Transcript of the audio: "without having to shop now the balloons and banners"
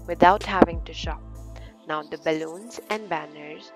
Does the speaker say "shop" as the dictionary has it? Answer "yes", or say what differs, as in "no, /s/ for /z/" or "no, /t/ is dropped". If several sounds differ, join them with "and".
yes